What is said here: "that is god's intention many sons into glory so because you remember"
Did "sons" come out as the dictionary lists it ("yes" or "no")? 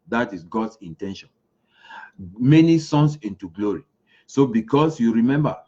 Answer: no